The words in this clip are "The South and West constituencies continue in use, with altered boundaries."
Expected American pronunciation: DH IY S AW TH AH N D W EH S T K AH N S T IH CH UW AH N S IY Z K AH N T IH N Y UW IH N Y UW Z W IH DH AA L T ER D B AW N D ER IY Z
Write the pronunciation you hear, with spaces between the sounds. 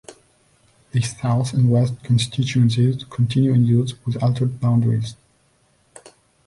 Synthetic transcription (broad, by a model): DH IY S AW TH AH N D W EH S T K AH N S T IH CH UW AH N S IY Z K AH N T IH N Y UW IH N Y UW Z W IH DH AA L T ER D B AW N D ER IY Z